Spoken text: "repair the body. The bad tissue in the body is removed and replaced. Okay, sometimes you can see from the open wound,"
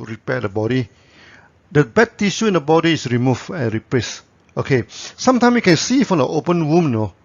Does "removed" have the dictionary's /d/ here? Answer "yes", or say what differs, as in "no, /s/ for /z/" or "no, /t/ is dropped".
no, /d/ is dropped